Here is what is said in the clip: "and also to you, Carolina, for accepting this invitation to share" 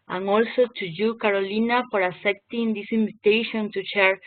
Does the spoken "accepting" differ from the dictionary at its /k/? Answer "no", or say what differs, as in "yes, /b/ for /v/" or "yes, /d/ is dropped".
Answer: yes, /k/ is dropped